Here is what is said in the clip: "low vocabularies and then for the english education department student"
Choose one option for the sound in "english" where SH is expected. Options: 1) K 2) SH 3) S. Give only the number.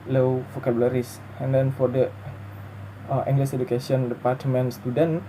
3